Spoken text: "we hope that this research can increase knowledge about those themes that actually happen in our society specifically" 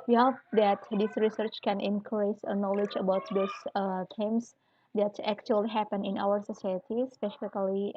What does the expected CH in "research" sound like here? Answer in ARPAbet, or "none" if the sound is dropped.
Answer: CH